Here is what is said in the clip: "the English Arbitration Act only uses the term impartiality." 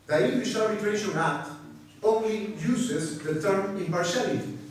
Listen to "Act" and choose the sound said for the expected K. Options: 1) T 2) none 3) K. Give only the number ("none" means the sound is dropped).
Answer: 2